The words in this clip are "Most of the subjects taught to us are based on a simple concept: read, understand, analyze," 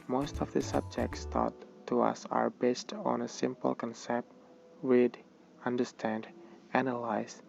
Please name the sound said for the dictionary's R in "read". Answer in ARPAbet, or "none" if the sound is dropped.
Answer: W